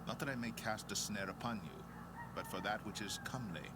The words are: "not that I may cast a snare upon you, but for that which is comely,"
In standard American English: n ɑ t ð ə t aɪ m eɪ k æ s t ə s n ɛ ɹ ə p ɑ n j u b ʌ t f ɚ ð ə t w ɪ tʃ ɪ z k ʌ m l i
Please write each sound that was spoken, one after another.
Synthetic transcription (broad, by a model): n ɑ t ð ə t aɪ m eɪ k æ s t ə s n ɛ ɹ ə p ɑ n j u b ʌ t f ɚ ð ə t w ɪ tʃ ɪ z k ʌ m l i